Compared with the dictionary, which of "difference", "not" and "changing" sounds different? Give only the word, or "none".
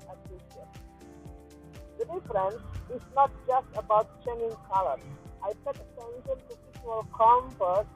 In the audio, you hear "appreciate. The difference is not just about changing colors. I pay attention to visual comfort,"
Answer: changing